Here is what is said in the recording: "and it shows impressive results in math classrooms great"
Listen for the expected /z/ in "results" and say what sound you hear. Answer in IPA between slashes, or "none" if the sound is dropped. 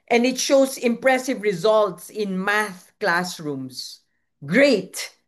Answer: /z/